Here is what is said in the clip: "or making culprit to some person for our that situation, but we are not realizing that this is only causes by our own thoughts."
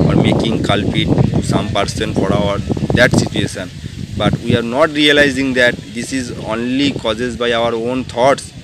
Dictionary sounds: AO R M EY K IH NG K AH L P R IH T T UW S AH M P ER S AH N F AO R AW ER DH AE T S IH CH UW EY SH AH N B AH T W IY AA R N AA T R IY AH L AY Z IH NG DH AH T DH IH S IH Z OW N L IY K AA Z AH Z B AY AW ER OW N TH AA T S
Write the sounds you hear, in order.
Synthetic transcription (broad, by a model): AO R M EY K IH NG K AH L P IH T T UW S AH M P ER S AH N F AO R AW ER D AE T S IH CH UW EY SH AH N B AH T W IY AA R N AA T R IY AH L AY Z IH NG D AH T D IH S IH Z OW N L IY K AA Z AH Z B AY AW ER OW N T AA T S